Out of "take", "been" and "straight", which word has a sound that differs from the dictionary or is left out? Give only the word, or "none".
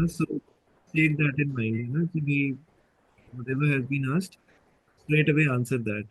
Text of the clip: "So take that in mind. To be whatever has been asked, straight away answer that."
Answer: take